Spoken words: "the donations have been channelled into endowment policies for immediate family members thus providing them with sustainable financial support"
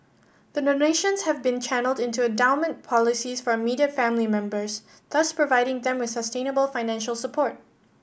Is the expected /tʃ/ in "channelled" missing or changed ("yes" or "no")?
no